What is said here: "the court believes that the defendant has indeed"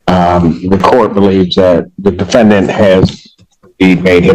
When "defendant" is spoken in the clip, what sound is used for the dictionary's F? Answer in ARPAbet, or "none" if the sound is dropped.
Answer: F